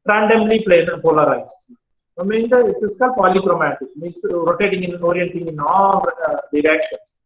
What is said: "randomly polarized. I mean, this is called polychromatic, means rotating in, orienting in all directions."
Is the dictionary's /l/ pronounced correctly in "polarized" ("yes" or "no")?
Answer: no